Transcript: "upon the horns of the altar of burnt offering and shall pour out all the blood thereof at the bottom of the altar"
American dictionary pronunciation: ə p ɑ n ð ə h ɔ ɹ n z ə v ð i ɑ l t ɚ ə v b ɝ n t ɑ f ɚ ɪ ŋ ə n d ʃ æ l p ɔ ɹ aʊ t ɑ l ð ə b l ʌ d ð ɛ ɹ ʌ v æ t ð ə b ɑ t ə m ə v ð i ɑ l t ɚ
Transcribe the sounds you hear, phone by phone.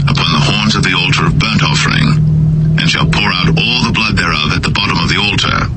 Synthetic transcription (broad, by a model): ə p ɑ n ð ə h ɔ ɹ n z ə v ð i ɑ l t ɚ ə v b ɝ n t ɑ f ɚ ɪ ŋ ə n ʃ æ l p ɔ ɹ aʊ t ɑ l ð ə b l ʌ d ð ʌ ɹ ʌ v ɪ t ð ə b ɑ t ə m ə v ð i ɑ l t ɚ